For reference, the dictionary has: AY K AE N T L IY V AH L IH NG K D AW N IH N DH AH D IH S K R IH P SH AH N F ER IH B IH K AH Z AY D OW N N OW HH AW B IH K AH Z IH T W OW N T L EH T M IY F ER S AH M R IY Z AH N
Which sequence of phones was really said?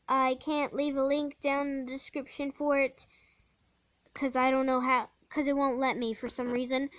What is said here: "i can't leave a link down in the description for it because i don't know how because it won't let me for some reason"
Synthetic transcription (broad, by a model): AY K AE N T L IY V AH L IH NG K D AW IH N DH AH D IH S K R IH P SH AH N F ER IH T K AH Z AY D OW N N OW HH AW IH K AH Z IH T W OW N T L EH T M IY F ER S AH M R IY Z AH N